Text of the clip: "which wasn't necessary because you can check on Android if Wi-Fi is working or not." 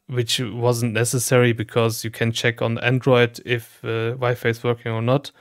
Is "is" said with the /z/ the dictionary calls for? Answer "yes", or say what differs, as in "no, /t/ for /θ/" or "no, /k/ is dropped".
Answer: no, /s/ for /z/